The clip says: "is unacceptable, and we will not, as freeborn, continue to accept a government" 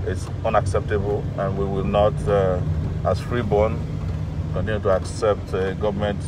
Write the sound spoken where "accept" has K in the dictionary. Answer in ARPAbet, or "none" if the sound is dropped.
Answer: K